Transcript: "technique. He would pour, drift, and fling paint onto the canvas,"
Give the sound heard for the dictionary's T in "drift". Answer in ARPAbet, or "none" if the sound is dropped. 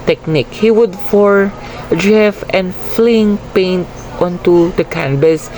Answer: none